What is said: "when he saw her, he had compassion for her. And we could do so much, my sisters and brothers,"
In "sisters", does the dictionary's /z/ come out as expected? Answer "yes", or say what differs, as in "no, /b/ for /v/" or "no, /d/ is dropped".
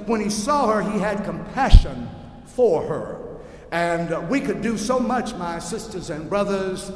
yes